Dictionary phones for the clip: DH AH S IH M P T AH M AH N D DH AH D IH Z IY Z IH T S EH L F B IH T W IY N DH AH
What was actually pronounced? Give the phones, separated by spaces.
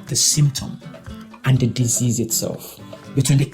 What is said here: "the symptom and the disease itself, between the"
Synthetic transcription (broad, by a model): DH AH S IH M P T AH M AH N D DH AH D IH Z IY Z IH T S EH L F B IH T W IY N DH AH